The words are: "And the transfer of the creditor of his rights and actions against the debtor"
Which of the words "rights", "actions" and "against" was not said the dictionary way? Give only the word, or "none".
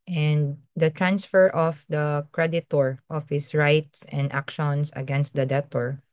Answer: actions